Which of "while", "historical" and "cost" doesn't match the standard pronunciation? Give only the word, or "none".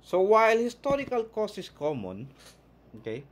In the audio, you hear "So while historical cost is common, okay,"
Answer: cost